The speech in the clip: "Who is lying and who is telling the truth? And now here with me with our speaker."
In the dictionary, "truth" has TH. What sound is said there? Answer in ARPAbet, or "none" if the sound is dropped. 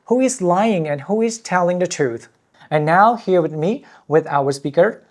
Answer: TH